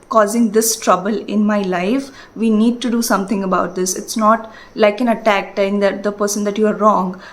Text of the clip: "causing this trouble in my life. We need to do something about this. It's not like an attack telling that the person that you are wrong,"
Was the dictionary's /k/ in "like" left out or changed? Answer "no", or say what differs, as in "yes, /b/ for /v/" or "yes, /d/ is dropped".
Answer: no